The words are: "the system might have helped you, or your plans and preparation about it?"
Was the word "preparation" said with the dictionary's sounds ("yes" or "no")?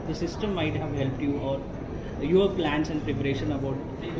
yes